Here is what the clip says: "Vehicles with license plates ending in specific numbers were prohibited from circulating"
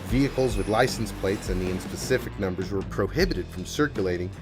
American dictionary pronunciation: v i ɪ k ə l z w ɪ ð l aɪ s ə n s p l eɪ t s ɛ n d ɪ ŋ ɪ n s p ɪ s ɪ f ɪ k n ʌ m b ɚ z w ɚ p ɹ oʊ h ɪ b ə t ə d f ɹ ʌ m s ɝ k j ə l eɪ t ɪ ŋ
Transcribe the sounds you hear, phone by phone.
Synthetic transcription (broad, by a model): v i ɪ k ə l z w ɪ ð l aɪ s n s p l eɪ t s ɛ n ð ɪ ɪ n s p ɪ s ɪ f ɪ k n ʌ m b ɚ z w ɚ p ɹ oʊ h ɪ b ə t ə d f ɹ ʌ m s ɝ k j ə l eɪ t ɪ ŋ